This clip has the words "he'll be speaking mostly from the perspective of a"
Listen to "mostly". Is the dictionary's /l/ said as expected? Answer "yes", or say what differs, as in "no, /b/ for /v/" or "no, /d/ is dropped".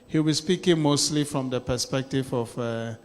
yes